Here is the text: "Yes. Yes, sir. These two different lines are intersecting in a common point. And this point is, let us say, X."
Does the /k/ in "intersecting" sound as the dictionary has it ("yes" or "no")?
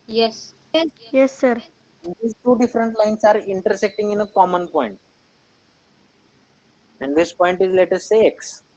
yes